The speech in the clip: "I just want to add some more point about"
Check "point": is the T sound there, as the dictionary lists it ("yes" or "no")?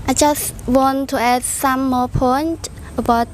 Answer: yes